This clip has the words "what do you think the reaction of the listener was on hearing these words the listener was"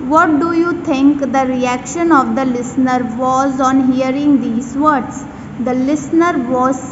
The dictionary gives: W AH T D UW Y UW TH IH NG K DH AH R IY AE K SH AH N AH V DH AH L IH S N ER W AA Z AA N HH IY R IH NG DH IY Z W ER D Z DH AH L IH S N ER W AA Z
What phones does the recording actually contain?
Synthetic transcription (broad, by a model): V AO T D UW Y UW T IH NG K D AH R IY AE K SH AH N AH V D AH L IH S N ER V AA Z AA N HH IY R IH NG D IY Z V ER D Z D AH L IH S N ER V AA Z